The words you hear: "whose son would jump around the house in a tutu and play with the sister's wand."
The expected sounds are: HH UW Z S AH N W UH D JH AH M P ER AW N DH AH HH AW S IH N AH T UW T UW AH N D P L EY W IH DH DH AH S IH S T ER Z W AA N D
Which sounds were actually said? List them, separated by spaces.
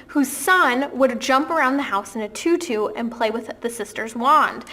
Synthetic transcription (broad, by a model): HH UW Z S AH N W UH D JH AH M P ER AW N DH AH HH AW S IH N AH T UW T UW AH N P L EY W IH DH DH AH S IH S T ER Z W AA N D